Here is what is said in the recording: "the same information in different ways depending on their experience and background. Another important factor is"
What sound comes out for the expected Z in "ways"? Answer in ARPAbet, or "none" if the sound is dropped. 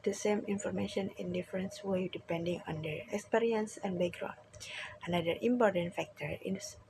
none